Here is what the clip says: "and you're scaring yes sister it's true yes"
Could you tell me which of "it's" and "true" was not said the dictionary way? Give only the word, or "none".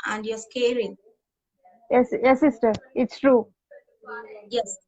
none